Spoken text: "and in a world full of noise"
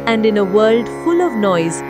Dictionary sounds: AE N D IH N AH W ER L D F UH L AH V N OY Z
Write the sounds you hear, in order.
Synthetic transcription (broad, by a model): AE N D IH N AH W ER L D F UH L AH V N OY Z